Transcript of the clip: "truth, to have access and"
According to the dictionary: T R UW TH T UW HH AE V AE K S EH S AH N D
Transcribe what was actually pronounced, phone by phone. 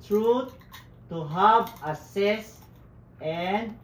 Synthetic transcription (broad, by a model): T R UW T T UW HH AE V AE S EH S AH N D